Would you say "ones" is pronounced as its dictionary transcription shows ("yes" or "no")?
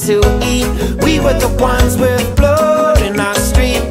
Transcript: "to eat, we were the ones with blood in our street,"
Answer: yes